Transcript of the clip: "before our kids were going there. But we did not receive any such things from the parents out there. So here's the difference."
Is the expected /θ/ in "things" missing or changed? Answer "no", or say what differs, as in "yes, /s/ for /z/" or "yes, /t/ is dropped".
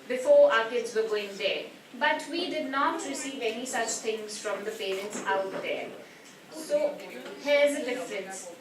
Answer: yes, /t/ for /θ/